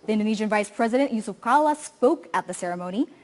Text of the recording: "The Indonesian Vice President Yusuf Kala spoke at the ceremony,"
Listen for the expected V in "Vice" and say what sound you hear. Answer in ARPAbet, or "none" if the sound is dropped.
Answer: V